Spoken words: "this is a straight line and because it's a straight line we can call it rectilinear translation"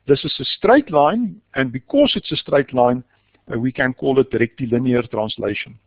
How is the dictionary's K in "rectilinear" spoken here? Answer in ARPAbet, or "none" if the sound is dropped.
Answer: K